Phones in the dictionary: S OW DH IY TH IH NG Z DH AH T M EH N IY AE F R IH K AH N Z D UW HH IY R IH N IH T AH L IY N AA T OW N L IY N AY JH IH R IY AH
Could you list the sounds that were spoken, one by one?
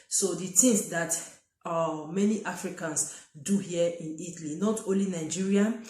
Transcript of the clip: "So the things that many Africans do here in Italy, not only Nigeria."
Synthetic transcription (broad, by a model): S OW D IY T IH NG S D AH T M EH N IY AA F R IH K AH N S D UW HH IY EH IH N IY T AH L IY N AA T OW N L IY N AY JH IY R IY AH